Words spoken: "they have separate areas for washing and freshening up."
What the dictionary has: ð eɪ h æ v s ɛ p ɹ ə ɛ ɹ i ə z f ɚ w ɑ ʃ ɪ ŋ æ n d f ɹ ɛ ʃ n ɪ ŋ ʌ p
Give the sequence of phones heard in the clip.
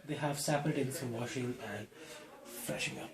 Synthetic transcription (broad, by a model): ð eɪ h æ v s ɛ p ə ɹ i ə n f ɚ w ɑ ʃ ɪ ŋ æ n d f ɹ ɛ ʃ ɪ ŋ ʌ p